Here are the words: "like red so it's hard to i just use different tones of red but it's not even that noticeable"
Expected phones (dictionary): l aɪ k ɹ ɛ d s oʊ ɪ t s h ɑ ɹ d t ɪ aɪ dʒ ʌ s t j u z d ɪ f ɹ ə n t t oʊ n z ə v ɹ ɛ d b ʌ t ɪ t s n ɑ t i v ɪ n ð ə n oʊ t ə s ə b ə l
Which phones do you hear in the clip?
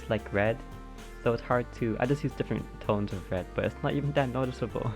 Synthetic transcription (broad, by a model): l aɪ k ɹ ɛ d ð oʊ ɪ t s h ɑ ɹ d t ɪ aɪ dʒ ʌ s t j u z d ɪ f ɹ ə n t t oʊ n z ə v ɹ ɛ d b ʌ t ɪ t s n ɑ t i v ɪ n ð ə n oʊ t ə s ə b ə l